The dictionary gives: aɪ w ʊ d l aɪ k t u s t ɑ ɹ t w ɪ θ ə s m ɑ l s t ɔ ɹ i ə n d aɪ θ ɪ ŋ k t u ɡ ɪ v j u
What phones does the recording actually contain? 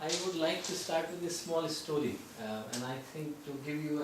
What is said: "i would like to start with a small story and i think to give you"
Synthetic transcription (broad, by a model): aɪ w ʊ d l aɪ k t u s t ɑ ɹ t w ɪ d ə s m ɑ l s t ɔ ɹ i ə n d aɪ t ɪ ŋ k t u ɡ ɪ v j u